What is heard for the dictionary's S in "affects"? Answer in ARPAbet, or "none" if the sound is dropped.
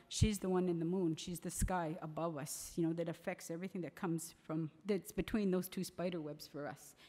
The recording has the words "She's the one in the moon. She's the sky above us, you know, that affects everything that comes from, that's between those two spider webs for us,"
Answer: S